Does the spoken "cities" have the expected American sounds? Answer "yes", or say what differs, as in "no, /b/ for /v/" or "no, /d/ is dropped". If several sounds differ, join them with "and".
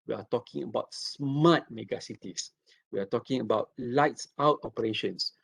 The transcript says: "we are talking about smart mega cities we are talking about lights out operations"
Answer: no, /s/ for /z/